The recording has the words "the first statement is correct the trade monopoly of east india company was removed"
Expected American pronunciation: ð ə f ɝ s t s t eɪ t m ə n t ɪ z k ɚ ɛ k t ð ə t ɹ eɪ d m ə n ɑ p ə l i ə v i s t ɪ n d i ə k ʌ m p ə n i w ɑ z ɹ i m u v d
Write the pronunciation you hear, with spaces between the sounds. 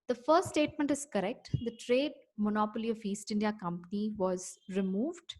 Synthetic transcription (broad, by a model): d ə f ɝ s t s t eɪ t m ə n t ɪ z k ɚ ɛ k t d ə t ɹ eɪ d m ə n ɑ p ə l i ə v i s t ɪ n d i ə k ʌ m p ə n i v ɑ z ɹ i m u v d